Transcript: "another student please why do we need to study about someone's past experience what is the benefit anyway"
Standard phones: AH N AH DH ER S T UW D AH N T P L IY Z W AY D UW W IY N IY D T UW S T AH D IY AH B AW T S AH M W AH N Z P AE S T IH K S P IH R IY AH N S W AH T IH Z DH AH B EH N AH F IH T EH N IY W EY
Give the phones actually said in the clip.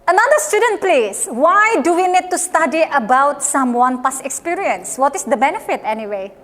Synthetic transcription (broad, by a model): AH N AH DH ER S T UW D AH N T P L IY S W AY D UW W IY N IY D T UW S T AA D IY AH B AW T S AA M W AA N P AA S IH K S P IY R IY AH N S W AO T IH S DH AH B EH N AH F IH T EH N IY W EY